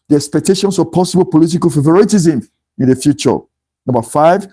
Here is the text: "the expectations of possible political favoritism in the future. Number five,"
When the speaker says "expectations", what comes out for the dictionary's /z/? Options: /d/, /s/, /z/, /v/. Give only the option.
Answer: /s/